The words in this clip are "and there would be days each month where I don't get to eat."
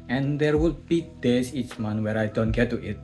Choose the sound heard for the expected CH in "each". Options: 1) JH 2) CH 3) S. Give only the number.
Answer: 2